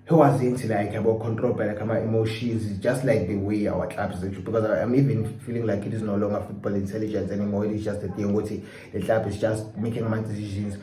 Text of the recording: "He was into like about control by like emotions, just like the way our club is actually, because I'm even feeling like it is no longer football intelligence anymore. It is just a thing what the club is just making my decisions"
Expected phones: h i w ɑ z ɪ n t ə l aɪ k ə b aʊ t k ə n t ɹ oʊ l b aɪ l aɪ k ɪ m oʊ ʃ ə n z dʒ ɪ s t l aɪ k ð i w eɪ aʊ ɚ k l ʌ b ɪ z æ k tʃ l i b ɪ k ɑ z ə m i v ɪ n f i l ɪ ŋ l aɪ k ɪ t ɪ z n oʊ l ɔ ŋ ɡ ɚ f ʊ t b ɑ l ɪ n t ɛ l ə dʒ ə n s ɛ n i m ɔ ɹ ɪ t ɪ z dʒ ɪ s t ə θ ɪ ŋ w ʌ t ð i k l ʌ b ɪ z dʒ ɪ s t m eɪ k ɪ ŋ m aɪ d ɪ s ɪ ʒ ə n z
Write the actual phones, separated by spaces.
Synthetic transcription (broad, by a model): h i w ɑ z ɪ n t ə l aɪ k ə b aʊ k ə n t ɹ oʊ l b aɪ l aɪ k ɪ m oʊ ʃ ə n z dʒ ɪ s t l aɪ k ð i w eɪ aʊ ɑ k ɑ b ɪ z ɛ tʃ i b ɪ k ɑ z ə m i v ɪ n f i l ɪ ŋ l aɪ k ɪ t ɪ z n oʊ l ɔ ŋ ɡ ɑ f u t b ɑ l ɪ n t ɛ l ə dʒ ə n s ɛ n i m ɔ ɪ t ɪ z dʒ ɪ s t ə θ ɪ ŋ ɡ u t i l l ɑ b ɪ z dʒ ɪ s t m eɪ k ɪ ŋ m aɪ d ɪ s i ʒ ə n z